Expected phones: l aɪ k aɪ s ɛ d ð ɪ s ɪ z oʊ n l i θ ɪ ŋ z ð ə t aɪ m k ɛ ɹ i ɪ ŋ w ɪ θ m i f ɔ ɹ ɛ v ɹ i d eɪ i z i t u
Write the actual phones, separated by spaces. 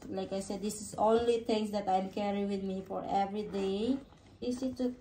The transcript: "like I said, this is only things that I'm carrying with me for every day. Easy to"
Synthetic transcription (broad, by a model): l aɪ k aɪ s ɛ d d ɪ s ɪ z oʊ n l i t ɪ ŋ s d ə t aɪ m k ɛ ɹ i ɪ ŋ w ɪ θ m i f ɔ ɹ ɛ v ɹ i d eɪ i s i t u